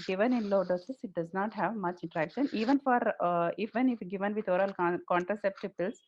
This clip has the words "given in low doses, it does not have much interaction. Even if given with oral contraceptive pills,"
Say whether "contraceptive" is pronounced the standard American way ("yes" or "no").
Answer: yes